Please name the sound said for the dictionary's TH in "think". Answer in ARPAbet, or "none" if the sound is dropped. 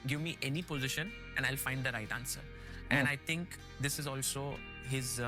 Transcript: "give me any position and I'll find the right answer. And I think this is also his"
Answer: T